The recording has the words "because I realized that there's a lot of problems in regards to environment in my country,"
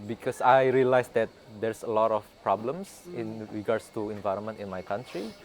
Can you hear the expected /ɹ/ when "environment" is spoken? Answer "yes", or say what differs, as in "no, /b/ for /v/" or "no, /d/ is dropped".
yes